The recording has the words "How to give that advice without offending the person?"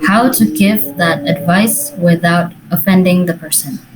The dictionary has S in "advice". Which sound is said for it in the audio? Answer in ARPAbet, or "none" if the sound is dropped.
S